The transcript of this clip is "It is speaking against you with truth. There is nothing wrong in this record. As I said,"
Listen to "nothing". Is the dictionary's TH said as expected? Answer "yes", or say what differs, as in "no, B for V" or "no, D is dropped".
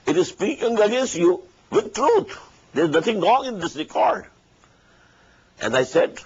no, T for TH